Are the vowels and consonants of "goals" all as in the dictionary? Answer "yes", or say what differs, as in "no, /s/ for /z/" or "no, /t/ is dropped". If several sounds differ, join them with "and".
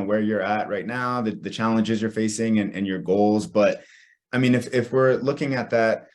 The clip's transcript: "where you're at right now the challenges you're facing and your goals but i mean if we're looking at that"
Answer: yes